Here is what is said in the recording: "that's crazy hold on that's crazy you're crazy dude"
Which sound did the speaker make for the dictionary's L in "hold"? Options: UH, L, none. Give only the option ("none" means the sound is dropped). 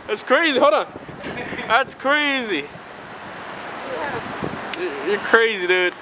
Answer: none